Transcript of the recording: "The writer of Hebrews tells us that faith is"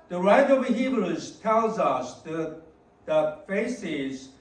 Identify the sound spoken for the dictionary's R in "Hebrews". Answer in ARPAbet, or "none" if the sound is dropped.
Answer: L